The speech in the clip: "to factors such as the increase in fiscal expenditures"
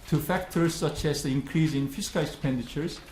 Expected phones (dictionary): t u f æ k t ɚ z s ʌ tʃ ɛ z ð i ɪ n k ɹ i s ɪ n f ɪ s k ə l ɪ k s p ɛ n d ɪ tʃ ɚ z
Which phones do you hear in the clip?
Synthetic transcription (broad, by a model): t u f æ k t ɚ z s ʌ tʃ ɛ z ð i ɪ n k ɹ i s ɪ n f ɪ s k ə l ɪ k s p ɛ n d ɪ tʃ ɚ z